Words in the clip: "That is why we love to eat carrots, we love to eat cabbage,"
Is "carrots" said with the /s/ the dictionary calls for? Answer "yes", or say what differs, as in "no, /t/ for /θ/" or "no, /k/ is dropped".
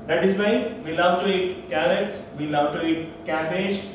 yes